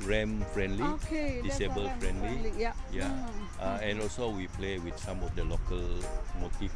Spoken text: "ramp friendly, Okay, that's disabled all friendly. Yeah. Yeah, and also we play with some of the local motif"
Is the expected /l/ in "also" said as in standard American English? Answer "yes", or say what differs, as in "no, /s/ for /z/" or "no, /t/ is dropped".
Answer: yes